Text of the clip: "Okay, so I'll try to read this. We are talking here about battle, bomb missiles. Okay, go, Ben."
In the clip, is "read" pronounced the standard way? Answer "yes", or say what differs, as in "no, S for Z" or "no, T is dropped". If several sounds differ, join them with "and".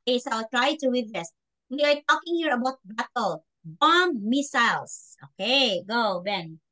no, W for R